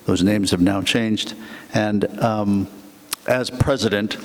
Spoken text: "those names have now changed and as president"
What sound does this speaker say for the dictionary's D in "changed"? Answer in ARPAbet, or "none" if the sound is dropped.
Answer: D